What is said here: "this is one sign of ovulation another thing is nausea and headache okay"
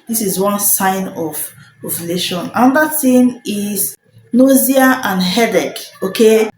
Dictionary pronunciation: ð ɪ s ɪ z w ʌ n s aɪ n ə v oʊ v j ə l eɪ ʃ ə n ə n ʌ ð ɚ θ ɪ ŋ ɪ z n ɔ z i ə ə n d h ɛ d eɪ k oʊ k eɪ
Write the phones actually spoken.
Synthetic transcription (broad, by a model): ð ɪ s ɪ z w ʌ n s aɪ n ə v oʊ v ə l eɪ ʃ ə n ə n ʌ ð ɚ t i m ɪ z n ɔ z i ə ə n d h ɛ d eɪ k oʊ k eɪ